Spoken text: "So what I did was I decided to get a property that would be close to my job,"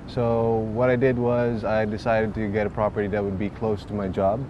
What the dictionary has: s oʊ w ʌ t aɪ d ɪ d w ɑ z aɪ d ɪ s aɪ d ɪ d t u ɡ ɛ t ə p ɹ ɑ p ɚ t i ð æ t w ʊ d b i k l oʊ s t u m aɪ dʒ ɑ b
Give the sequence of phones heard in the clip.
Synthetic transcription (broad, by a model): s oʊ w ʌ t aɪ d ɪ d w ɑ z aɪ d ɪ s aɪ d ɪ d t u ɡ ɛ t ə p ɹ ɑ p ɚ t i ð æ t w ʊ d b i k l oʊ s t u m aɪ dʒ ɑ b